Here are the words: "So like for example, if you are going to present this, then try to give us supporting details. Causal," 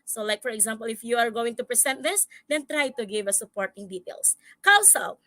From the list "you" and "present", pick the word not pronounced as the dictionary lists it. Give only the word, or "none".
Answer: present